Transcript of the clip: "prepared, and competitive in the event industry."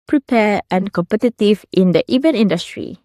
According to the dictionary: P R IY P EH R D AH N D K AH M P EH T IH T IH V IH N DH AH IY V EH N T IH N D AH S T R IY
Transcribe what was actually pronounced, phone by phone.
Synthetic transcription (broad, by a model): P R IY P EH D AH N K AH M P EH T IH T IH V IH N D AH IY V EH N IH N D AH S T R IY